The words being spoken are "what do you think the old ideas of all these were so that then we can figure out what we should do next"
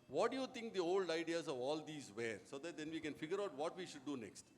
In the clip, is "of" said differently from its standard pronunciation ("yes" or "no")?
no